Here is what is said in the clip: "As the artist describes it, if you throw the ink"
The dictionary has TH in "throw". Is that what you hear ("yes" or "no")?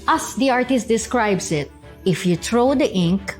no